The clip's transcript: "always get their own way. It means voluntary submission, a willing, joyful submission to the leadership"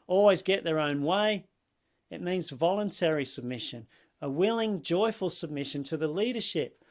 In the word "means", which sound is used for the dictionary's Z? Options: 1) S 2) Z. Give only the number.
2